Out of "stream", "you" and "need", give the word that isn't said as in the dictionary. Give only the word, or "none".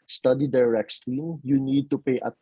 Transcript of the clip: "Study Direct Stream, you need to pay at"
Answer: stream